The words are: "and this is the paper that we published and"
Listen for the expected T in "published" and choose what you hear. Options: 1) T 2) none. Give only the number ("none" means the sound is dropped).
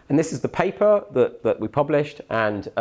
1